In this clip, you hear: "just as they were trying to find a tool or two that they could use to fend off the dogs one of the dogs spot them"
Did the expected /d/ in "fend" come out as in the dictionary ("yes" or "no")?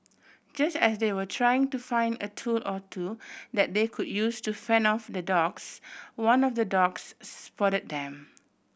no